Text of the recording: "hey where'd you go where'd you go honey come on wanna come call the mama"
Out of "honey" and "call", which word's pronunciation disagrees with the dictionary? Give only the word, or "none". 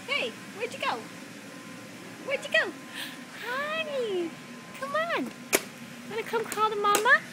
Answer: honey